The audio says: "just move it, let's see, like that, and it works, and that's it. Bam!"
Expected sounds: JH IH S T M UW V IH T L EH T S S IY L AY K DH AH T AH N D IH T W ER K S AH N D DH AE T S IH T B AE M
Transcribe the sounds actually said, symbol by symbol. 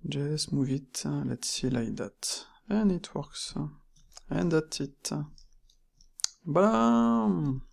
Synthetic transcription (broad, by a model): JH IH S M UW V IH T L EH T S S IY L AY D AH T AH N IH T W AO K S AH N D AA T IH T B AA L